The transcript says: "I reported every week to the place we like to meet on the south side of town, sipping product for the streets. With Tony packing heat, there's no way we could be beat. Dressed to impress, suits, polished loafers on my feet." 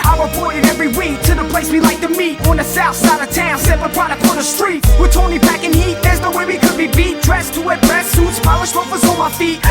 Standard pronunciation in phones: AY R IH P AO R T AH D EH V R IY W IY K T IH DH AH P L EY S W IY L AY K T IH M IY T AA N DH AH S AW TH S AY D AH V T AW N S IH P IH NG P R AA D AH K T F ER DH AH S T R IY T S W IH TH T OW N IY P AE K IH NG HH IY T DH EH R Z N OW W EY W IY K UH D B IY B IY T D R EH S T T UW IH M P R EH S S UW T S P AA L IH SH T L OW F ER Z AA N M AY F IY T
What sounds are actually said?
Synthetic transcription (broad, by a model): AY W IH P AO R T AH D EH V R IY W IY K T IH DH AH P L EY S W IY L AY K T IH M IY T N DH AH S AW TH S AY D AH V T AW N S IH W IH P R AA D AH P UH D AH S T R IY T W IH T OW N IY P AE K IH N HH IY T DH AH R Z N OW W EY W IY K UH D B IY B IY T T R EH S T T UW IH P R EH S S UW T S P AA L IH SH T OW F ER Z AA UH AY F IY T